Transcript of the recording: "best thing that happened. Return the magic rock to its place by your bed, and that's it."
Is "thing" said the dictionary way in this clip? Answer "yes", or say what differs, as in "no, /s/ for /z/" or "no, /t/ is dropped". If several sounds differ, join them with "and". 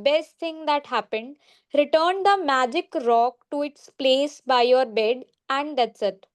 no, /t/ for /θ/